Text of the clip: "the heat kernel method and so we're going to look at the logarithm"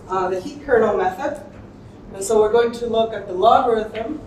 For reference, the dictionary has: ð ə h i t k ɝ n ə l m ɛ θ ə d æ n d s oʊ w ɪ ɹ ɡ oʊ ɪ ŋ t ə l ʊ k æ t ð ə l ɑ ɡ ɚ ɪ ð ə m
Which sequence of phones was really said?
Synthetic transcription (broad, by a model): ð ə h i t k ɝ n l m ɛ θ ə d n s oʊ w ɪ ɹ ɡ oʊ ɪ ŋ t ə l ʊ k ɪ t ð ə l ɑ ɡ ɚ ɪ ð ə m